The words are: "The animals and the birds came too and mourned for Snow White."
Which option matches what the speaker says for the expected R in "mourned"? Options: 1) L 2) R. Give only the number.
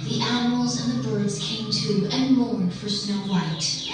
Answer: 1